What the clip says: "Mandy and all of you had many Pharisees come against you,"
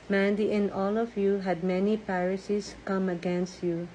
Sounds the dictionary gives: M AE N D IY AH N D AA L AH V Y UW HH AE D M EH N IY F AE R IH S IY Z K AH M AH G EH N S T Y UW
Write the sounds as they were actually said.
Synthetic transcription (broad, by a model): M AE N D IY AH N AA L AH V Y UW HH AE D M EH N IY P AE R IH S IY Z K AH M AH G EH N S T Y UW